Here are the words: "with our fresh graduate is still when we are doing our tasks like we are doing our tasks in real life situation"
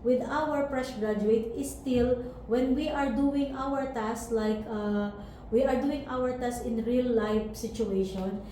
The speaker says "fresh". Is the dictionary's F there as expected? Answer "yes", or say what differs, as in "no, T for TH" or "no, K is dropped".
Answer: no, P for F